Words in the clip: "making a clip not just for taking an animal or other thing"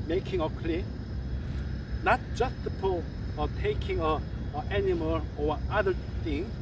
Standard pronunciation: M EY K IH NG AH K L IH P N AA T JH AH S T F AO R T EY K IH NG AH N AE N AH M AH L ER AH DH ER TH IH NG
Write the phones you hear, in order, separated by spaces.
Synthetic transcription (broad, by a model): M EY K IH NG AH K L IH N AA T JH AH S T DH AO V T EY K IH NG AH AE N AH M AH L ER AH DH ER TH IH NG